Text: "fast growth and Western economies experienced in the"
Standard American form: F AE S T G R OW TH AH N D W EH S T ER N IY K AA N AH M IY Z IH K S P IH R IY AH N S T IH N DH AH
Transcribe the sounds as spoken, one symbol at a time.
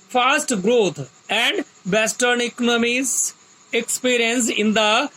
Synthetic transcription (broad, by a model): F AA S T G R OW T AH N D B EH S T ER N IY K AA N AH M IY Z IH K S P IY R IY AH N S IH N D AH